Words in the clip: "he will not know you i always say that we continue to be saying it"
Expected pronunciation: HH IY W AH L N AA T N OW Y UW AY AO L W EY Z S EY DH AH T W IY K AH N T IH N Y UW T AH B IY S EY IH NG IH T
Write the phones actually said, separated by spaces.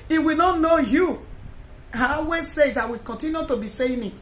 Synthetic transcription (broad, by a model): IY W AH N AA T N OW Y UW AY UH W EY S EY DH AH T W IY K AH N T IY N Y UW T AH B IY S EY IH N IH T